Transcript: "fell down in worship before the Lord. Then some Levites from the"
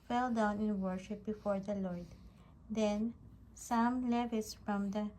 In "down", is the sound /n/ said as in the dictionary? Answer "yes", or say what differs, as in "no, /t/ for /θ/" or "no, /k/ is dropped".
yes